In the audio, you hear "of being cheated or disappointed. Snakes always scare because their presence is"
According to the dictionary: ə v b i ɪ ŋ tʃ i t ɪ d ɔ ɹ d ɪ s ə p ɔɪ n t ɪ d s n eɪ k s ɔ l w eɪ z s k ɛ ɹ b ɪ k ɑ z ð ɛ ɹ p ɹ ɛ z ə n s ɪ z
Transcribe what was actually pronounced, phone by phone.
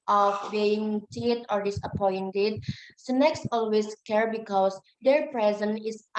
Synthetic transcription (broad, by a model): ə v b i ɪ ŋ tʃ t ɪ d ɔ ɹ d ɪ s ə p ɔɪ n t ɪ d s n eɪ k s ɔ l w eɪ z s k ɛ ɹ b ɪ k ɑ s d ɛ ɹ p ɹ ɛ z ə n ɪ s